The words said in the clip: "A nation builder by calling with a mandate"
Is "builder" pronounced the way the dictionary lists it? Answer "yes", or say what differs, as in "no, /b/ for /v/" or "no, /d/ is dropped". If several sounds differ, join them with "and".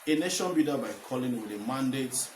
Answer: no, /l/ is dropped